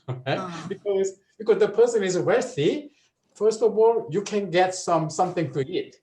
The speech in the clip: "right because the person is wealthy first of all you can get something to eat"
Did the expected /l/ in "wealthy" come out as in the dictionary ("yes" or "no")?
no